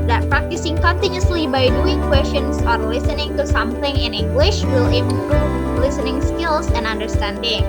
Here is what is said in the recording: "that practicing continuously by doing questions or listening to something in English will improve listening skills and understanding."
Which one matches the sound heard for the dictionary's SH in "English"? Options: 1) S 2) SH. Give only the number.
2